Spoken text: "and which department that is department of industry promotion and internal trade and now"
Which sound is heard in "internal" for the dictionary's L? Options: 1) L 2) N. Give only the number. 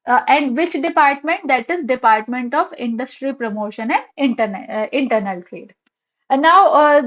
2